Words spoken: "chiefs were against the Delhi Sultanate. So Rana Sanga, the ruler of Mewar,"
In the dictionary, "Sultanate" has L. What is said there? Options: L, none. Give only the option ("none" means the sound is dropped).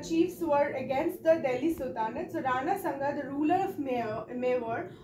none